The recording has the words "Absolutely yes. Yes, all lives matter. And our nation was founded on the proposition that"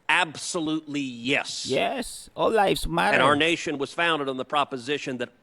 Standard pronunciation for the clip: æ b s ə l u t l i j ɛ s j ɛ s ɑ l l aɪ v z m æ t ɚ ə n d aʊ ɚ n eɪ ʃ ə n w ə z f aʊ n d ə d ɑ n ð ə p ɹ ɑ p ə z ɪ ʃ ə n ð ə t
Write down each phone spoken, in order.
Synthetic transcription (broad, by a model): æ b s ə l u t l i j ɛ s j ɛ s ɑ l l aɪ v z m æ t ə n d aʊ ɚ n eɪ ʃ ə n w ə z f aʊ n d ə d n ð ə p ɹ ɑ p ə z ɪ ʃ ə n ð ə t